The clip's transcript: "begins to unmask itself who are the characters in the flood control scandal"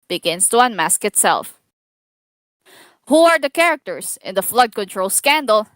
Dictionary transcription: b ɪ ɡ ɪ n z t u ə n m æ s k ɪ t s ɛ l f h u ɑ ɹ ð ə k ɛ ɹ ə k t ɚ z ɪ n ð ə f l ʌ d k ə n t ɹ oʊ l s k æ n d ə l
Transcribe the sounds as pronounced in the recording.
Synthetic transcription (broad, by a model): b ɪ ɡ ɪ n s t u ə n m æ s k ɪ t s ɛ l f h u ɑ ɹ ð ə k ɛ ɹ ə k t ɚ s ɪ n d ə f l ʌ d k ə n t ɹ oʊ l s k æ n d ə l